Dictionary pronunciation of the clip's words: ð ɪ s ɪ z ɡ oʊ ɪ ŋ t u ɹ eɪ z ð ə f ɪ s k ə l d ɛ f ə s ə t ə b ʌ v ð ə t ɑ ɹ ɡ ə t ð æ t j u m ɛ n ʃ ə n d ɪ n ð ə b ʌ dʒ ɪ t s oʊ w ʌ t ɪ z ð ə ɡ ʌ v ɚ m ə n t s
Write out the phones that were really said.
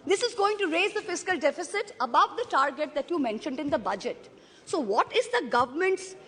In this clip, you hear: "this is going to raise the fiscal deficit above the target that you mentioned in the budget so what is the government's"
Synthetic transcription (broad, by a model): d ɪ s ɪ z ɡ oʊ ɪ ŋ t u ɹ eɪ z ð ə f ɪ s k ə l d ɛ f ə s ə t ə b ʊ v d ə t ɑ ɹ ɡ ə t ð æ t j u m ɛ n ʃ ə n d ɪ n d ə b ʌ dʒ ɪ t s oʊ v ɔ t ɪ z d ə ɡ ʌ v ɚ m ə n t s